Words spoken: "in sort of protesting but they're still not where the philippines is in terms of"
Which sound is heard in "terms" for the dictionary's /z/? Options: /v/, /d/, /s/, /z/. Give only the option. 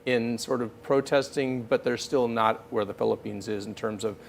/z/